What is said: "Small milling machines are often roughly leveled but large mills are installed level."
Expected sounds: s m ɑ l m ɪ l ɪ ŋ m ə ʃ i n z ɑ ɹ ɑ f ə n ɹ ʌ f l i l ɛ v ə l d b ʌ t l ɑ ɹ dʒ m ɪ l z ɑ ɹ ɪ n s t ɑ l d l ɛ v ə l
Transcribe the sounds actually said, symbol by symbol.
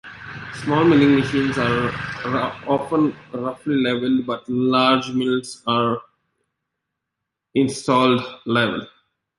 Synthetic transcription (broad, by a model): s m ɑ l m ɪ l ɪ ŋ m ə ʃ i n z ɑ ɹ ɑ f ə n ɹ ʌ f l i l ɛ v ə l d b ʌ t l ɑ ɹ dʒ m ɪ l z ɑ ɹ ɪ n s t ɑ l d l ɛ v ə l